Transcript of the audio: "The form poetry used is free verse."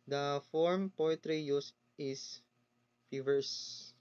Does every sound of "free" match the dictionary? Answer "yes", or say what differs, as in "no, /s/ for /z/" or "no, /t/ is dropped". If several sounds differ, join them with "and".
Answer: no, /ɹ/ is dropped